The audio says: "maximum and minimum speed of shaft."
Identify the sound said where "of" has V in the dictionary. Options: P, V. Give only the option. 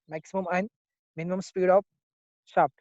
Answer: P